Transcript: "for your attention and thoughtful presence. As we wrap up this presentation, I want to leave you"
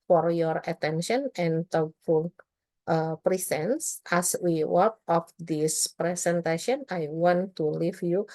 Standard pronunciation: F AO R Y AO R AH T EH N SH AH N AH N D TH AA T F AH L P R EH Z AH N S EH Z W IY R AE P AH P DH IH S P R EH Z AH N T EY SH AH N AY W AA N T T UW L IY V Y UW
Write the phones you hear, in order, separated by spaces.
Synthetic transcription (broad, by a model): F AO R Y AO R AH T EH N SH AH N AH N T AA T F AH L P R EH S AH N S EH S W IY W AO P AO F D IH S P R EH S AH N T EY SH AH N AY W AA N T T UW L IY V Y UW